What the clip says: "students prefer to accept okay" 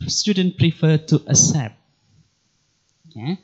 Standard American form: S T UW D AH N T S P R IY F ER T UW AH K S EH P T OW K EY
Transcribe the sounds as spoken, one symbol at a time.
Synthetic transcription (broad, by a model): S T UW D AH N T P R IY F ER T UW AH S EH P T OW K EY